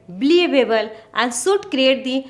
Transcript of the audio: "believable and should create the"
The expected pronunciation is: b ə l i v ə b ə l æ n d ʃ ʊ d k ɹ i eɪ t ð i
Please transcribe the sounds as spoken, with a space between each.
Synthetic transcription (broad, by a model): b l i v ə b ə l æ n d s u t k ɹ i eɪ t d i